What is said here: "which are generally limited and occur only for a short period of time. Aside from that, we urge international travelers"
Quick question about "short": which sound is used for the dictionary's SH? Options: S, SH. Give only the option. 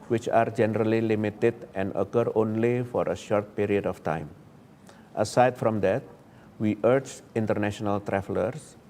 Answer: SH